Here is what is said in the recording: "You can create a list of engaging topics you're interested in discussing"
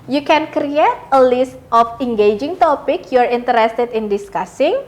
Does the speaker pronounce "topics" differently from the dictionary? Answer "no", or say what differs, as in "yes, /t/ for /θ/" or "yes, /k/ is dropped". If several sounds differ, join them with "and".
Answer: yes, /s/ is dropped